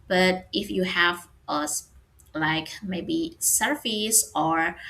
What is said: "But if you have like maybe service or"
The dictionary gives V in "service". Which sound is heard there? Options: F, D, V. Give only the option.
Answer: F